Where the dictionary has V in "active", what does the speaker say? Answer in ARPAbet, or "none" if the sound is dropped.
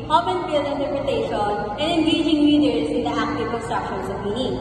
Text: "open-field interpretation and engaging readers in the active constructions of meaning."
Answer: P